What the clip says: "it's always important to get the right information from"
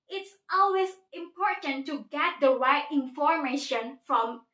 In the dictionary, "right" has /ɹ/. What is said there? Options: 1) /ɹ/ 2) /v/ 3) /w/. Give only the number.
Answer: 3